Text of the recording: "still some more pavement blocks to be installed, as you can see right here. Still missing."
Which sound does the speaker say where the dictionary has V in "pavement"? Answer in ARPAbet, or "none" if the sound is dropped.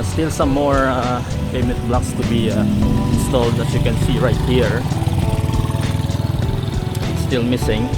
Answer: none